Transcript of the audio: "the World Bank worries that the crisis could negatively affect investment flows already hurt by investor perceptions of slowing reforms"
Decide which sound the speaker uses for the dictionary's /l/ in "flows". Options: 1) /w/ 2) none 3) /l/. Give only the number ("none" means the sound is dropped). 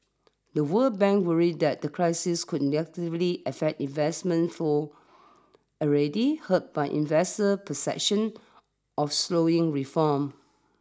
2